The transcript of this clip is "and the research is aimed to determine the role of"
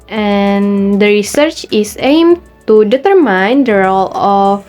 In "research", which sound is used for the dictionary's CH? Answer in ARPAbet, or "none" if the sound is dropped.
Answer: CH